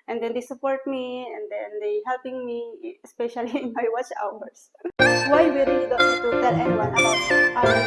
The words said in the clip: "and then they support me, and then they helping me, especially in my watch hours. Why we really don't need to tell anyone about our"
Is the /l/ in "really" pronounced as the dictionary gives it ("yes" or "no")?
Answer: no